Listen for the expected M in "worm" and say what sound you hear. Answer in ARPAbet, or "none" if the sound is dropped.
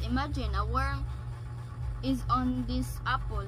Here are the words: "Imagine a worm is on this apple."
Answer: none